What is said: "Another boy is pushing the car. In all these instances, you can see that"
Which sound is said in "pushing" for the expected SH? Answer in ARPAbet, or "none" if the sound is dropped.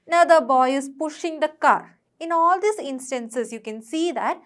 SH